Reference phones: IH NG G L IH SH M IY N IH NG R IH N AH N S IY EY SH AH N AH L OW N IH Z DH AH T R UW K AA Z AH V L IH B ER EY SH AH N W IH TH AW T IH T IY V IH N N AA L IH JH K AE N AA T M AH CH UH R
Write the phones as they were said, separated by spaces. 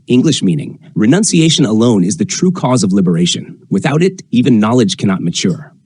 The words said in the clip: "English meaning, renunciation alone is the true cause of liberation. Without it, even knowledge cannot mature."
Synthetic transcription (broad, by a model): IH NG G L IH SH M IY N IH NG R IH N AH N S IY EY SH AH N AH L OW N IH Z DH AH T R UW K AA Z AH V L IH B ER EY SH AH N W IH TH AW T IH T IY V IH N N AA L IH JH K AE N AA T M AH CH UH R